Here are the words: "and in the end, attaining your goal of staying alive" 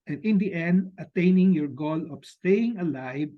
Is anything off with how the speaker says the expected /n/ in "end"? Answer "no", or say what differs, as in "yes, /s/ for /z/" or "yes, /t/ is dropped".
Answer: no